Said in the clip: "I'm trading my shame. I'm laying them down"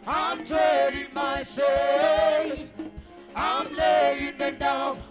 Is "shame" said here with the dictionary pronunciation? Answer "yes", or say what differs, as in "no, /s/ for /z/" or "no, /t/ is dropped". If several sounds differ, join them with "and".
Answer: no, /m/ is dropped